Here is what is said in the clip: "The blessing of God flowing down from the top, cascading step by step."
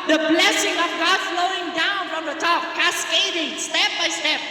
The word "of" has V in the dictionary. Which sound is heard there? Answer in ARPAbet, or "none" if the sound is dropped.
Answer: V